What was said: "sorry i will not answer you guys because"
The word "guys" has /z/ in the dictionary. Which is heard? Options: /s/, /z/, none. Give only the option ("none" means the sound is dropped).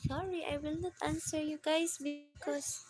/s/